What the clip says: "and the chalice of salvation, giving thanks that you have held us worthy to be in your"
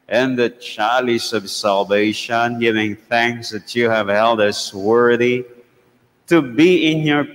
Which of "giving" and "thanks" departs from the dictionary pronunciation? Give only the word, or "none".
none